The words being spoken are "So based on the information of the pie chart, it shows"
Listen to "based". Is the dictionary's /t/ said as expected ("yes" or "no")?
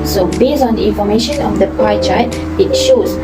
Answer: no